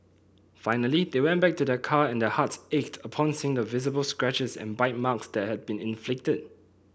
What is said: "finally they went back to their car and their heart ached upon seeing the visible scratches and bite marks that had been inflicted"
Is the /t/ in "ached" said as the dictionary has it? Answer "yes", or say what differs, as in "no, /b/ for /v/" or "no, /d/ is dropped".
yes